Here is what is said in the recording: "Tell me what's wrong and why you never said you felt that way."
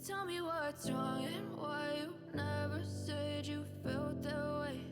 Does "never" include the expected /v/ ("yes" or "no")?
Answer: yes